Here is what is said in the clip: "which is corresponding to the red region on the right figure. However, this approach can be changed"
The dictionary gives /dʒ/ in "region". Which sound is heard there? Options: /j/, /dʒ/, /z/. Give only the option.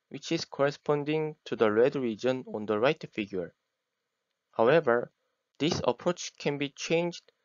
/dʒ/